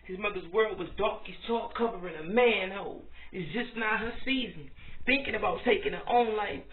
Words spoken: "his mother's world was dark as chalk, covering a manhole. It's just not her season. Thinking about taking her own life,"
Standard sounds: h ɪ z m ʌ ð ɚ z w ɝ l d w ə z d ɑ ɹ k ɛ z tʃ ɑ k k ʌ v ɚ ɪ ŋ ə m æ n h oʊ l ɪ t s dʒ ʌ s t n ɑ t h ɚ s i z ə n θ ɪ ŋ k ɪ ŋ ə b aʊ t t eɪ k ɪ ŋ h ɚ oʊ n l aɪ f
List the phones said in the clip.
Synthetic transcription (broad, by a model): h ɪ z m ʌ ð ɚ z w ɝ l d w ə z d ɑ k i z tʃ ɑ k k ʌ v ɚ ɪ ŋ ə m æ n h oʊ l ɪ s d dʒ ʌ s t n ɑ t h ɚ s i z ə n θ ɪ ŋ k ɪ ŋ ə b aʊ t t eɪ k ɪ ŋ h oʊ n l aɪ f